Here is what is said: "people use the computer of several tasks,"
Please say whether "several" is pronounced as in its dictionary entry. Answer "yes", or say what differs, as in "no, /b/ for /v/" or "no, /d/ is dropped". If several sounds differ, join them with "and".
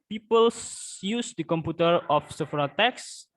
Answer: no, /f/ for /v/